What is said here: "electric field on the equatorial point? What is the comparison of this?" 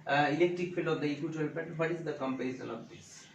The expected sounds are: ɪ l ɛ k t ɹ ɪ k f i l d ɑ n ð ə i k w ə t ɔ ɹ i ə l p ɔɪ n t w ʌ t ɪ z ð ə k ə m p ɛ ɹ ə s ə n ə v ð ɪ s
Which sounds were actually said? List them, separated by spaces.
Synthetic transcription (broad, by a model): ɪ l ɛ k t ɹ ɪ k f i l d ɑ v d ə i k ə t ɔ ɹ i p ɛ t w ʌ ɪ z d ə k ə m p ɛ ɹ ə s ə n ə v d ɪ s